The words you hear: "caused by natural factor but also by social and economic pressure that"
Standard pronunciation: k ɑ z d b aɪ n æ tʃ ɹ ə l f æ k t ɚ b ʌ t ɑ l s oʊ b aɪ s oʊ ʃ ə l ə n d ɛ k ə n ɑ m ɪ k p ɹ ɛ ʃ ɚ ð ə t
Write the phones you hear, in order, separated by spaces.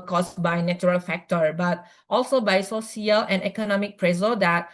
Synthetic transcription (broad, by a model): k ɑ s b aɪ n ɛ tʃ ɹ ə l f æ k t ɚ b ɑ t ɑ l s oʊ b aɪ s oʊ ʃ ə l ə n d ɛ k ə n ɑ m ɪ k p ɹ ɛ s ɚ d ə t